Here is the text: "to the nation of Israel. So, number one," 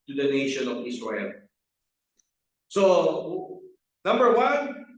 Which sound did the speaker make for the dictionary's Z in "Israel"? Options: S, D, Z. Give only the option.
S